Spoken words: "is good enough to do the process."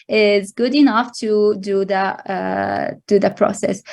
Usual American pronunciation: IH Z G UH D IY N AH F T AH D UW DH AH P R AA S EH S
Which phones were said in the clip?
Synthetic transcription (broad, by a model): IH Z G UH D IY N AH F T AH D UW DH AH P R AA S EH S